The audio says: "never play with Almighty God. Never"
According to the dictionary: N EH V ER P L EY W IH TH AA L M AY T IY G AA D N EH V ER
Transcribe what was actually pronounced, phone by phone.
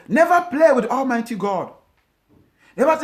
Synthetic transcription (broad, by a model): N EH V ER P L EY W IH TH AA L M AY T IY G AA D N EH V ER